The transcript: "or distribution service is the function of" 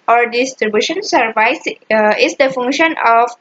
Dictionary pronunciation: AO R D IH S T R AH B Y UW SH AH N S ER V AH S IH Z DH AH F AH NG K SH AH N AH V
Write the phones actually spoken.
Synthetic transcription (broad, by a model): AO R D IH S T R AH B Y UW SH AH N S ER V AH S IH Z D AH F AH NG K SH AH N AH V